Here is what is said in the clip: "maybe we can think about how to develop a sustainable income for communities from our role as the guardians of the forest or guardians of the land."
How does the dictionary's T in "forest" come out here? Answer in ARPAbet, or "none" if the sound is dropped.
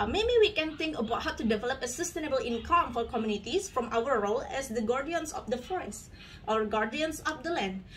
T